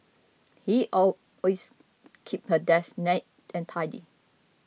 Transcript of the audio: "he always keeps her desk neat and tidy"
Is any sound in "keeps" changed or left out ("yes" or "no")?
yes